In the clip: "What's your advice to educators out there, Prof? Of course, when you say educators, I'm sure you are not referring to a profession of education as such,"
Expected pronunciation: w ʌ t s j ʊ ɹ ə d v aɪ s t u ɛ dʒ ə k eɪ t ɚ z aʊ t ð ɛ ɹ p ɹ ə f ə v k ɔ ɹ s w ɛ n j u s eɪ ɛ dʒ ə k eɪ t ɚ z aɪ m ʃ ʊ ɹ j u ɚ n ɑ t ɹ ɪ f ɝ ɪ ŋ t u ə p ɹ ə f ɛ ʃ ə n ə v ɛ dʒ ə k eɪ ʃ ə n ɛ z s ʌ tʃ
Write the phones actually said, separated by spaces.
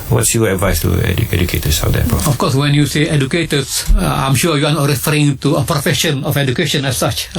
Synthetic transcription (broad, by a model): w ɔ t s j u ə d v aɪ s t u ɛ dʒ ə k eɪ t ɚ s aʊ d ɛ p ə ə f k ɔ s w ɛ n j u s eɪ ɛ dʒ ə k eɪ t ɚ s aɪ m ʃ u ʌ j u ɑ n ɑ t ɹ ɪ f ɝ ɪ ŋ t u ə p ɹ ə f ɛ ʃ ə n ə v ɛ dʒ ə k eɪ ʃ ə n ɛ s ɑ tʃ